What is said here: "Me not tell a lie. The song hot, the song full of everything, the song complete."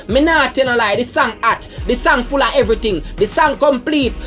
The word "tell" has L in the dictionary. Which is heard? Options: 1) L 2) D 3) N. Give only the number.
3